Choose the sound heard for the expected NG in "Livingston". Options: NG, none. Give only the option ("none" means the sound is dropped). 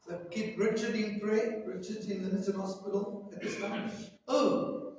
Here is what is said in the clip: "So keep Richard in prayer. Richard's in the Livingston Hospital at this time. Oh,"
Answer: none